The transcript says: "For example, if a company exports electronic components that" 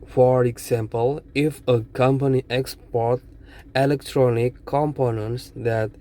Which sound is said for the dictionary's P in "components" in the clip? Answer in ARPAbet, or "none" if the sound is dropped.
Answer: P